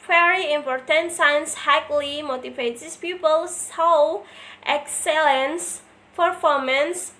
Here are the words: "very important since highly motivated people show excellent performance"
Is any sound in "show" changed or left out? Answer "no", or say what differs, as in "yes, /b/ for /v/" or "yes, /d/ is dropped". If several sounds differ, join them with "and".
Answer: yes, /s/ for /ʃ/